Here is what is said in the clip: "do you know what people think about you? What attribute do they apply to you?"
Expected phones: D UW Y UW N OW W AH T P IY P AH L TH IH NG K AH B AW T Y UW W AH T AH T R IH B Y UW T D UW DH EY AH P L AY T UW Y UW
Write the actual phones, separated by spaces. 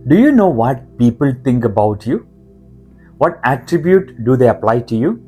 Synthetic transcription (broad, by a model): D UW Y UW N OW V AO T P IY P AH L T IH NG K AH B AW T Y UW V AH T AH T R IH B Y UW T D UW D EY AH P L AY T UW Y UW